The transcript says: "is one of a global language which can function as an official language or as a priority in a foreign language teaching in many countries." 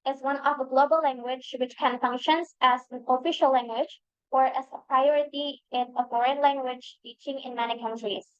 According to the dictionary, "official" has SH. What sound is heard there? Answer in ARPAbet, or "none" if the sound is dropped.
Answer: SH